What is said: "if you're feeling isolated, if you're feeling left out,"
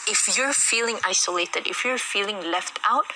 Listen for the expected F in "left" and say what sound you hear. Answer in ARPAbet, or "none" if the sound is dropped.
F